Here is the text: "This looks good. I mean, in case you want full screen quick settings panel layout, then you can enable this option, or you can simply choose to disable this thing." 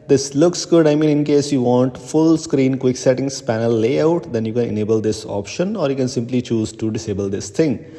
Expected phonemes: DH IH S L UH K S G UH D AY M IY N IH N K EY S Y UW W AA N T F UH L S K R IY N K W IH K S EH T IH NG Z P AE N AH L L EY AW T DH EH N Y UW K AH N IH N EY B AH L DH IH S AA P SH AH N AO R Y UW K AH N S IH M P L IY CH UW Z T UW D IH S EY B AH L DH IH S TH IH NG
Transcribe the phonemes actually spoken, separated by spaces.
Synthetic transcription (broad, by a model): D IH S L UH K S G UH D AY M IY N IH N K EY S Y UW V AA N T F UH L S K R IY N K W IH K S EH T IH NG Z P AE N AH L L EY AW T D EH N Y UW K AH N IH N EY B AH L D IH S AA P SH AH N AO R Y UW K AH N S IH M P L IY CH UW Z T UW D IH S EY B AH L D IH S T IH NG